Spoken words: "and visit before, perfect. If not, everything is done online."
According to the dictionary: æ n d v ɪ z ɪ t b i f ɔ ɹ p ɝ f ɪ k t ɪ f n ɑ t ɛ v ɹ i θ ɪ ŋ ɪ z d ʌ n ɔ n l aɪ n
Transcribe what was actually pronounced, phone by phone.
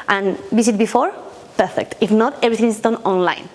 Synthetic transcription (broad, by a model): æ n d b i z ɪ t b i f ɔ ɹ p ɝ f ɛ k t ɪ f n ɑ t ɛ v ɹ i t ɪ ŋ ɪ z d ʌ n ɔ n l aɪ n